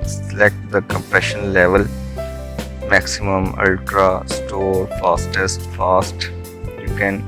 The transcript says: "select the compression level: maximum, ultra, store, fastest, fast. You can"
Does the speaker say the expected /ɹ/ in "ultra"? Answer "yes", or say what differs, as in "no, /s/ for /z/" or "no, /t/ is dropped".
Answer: yes